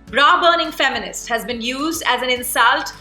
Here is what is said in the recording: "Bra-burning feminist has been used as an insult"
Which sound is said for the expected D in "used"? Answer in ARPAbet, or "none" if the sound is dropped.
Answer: D